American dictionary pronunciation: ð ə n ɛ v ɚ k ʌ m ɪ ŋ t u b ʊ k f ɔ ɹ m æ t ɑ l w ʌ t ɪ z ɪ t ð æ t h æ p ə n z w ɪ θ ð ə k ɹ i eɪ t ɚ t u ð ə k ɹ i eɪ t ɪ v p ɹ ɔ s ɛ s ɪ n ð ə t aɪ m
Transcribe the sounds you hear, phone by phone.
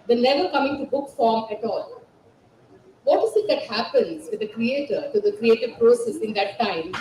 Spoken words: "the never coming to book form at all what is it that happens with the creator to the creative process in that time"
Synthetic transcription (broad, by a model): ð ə l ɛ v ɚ k ʌ m ɪ ŋ t u b ʊ k f ɔ ɹ m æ t ɑ l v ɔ t ɪ z ɪ t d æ t h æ p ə n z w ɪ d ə k ɹ i eɪ t ɚ t u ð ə k ɹ i eɪ t ɪ v p ɹ ɔ s ɛ s ɪ n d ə t aɪ m